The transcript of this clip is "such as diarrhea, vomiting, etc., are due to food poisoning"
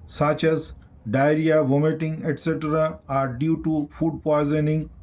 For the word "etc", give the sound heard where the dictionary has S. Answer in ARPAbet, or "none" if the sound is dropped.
S